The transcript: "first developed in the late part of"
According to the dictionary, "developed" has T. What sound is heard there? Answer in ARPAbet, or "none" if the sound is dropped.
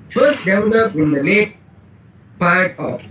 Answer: none